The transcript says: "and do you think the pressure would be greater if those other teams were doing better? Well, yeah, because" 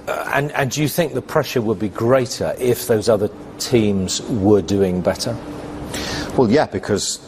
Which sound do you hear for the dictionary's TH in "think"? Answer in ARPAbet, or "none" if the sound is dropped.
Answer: TH